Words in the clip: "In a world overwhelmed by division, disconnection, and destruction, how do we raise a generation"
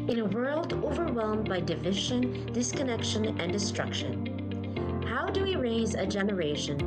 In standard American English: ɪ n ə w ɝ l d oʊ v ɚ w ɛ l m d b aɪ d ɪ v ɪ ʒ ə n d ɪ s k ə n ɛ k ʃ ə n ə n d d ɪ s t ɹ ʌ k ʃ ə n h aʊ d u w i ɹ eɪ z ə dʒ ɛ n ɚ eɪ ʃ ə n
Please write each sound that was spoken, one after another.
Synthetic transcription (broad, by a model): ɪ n ə w ɝ l d oʊ v ɚ w ɛ l m b aɪ d ɪ v ɪ ʒ ə n d ɪ s k ə n ɛ k ʃ ə n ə n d d ɪ s t ɹ ʌ k ʃ ə n h aʊ d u w i ɹ eɪ z ə dʒ ɛ n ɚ eɪ ʃ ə n